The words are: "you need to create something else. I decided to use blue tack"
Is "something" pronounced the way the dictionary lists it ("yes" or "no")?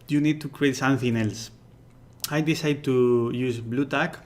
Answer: no